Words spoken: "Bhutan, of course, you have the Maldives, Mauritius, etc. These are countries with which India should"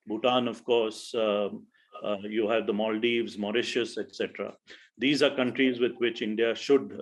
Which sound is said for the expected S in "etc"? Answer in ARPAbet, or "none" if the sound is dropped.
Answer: S